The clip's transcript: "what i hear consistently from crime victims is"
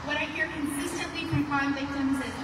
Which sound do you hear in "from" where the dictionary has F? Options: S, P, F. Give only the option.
P